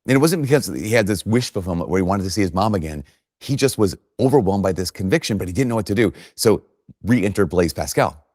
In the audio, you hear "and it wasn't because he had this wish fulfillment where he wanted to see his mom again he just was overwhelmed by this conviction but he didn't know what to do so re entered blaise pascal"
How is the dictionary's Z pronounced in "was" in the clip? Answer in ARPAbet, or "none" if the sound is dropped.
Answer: Z